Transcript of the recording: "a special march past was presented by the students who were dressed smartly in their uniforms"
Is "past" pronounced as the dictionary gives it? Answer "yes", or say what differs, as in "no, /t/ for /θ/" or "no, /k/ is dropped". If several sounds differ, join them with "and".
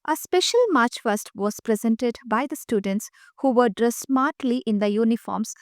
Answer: no, /f/ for /p/